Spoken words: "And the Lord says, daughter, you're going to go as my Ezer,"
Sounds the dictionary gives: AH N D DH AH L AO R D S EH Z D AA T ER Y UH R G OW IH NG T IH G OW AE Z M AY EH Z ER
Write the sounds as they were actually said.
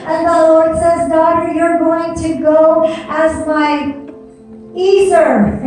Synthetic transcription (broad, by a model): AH N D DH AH L AO R D S EH Z D AA T ER Y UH R G OW IH NG T IH G OW AE Z M AY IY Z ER